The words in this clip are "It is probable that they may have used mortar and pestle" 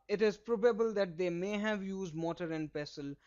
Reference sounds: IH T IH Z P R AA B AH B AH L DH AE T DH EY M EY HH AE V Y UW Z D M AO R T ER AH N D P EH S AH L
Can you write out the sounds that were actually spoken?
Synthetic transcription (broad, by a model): IH T IH Z P R AA B AH B AH L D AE T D EY M EY HH AE V Y UW Z D M AO T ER AH N D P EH S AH L